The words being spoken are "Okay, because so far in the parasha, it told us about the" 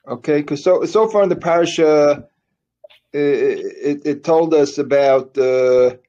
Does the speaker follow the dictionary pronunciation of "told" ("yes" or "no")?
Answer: yes